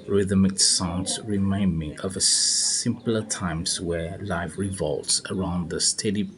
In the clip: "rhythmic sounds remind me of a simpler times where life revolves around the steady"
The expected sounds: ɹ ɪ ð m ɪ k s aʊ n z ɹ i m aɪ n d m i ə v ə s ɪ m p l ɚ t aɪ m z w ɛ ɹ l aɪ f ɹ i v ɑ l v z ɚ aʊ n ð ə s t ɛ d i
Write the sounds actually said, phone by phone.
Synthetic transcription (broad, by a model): ɹ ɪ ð m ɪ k s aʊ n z ɹ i m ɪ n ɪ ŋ ə v ə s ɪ m p l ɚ t aɪ m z w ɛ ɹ l aɪ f ɹ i v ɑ l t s ɚ aʊ n ð ə s t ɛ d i